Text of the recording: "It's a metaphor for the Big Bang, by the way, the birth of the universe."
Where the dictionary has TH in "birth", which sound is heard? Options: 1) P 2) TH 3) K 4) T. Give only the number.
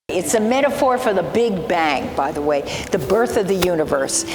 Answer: 2